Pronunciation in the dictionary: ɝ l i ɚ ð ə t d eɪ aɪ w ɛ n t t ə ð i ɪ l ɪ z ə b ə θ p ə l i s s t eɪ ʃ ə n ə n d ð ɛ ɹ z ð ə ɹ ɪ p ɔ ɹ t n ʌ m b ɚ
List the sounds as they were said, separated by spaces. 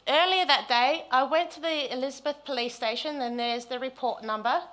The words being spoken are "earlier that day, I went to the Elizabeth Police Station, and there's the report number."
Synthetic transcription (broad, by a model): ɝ l i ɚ ð ə t d eɪ aɪ w ɛ n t t ə ð i ɪ l ɪ z ə b ə θ p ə l i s s t eɪ ʃ ə n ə n ð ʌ ɹ z ð ə ɹ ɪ p ɔ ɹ t n ʌ m b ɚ